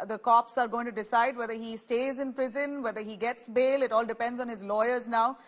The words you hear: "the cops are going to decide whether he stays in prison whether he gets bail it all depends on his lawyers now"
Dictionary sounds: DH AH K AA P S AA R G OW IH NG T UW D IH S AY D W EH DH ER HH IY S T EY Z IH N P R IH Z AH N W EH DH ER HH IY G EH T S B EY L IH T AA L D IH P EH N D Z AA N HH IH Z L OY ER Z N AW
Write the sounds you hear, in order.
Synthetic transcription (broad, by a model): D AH K AA P S AA R G OW IH NG T UW D IH S AY D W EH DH ER HH IY S T EY Z IH N P R IH Z AH N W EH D ER HH IY G EH T S B EY L IH T AA L D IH P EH N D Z AA N HH IH Z L OY ER Z N AW